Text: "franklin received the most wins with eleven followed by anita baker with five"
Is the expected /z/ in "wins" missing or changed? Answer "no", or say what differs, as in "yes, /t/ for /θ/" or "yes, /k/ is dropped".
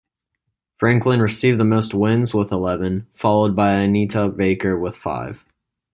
no